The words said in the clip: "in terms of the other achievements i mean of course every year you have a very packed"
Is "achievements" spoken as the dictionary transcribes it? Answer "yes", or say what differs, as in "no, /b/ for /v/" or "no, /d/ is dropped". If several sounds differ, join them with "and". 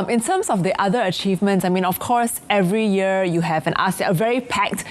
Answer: yes